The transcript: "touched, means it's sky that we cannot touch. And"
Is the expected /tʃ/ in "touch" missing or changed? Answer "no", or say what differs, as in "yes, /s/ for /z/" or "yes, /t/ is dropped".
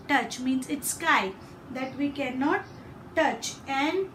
no